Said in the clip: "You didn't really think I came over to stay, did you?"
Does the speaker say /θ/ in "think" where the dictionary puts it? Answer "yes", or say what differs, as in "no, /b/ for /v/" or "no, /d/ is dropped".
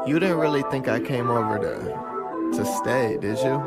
yes